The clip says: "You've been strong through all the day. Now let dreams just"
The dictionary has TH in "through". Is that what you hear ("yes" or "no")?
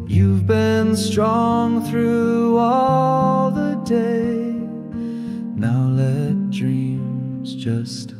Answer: yes